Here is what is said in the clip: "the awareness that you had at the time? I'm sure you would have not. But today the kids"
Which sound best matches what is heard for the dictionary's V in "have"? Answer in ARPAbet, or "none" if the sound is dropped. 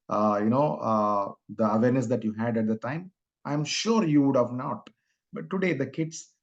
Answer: V